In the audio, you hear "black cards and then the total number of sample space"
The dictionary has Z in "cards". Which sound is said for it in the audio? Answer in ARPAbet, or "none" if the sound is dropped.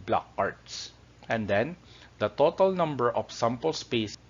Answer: S